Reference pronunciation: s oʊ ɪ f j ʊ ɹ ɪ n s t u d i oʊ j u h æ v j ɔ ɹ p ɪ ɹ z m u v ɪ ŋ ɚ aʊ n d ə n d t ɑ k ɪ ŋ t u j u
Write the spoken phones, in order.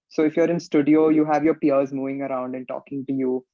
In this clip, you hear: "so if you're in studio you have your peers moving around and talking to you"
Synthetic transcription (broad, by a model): s oʊ ɪ f j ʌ ɹ ɪ n s t u d i oʊ j u h æ v j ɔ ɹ p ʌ ɹ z m u v ɪ ŋ ɚ aʊ n d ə n t ɑ k ɪ ŋ t u j u